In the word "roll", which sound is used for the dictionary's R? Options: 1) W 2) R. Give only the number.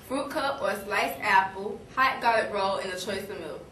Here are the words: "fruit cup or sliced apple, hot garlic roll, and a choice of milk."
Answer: 2